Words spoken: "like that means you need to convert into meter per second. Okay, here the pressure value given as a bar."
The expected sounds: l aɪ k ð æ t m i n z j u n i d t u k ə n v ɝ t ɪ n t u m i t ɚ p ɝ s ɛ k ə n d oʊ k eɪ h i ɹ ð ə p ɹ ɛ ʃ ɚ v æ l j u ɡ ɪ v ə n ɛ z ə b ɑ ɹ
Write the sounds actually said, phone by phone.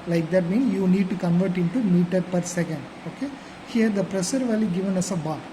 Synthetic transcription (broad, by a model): l aɪ k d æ t m i n s j u n i d t u k ə n v ɝ t ɪ n t u m i t ɚ p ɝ s ɛ k ə n d oʊ k eɪ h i ɹ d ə p ɹ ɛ s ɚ v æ l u ɡ ɪ v ə n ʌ s ə b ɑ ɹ